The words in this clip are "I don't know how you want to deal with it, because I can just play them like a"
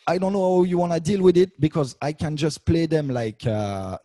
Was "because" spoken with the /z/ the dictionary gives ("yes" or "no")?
yes